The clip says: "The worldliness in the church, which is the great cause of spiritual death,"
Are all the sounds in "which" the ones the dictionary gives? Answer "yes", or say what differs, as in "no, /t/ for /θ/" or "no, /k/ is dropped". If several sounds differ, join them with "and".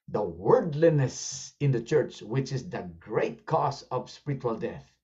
yes